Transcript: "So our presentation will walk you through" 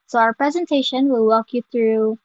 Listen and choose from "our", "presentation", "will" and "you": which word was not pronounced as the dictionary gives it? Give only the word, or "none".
none